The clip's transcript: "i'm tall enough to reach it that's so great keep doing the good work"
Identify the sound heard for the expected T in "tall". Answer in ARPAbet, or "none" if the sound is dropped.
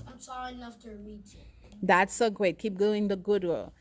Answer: S